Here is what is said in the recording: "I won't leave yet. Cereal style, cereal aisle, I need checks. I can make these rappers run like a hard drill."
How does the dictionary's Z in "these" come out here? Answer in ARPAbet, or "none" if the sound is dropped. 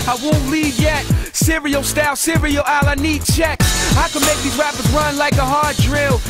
none